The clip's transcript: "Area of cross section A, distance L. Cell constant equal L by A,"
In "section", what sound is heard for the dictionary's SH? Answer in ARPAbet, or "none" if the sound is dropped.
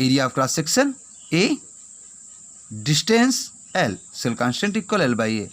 S